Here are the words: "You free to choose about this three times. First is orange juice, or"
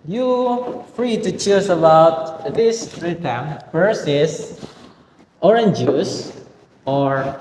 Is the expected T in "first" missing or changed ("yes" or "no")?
yes